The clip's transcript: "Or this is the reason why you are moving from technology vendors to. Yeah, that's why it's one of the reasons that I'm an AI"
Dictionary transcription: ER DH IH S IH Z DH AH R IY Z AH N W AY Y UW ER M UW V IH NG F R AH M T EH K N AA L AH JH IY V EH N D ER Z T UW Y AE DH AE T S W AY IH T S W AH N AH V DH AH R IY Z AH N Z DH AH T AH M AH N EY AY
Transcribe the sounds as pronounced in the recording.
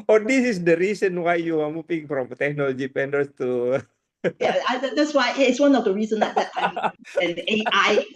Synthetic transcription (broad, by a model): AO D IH S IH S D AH R IY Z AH N W AY Y UW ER M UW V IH NG F R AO M T EH K N AA L AH JH IY P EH N D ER S T UW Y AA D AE T S W AY IH T S W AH N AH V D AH R IY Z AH N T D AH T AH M AH N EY AY